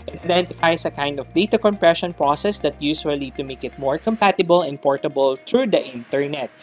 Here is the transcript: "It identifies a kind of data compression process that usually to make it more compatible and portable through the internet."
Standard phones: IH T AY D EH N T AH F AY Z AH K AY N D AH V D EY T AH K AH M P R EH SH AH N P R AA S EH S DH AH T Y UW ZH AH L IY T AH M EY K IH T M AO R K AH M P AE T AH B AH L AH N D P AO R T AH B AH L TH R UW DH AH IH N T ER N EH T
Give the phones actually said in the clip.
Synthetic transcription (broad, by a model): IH T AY D EH N T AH F AY S AH K AY N D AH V D EY T AH K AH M P R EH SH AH N P R AA S EH S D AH T Y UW S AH L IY T AH M EY K IH T M AO R K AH M P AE T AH B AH L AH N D P AO R T AH B AH L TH R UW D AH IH N T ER N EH T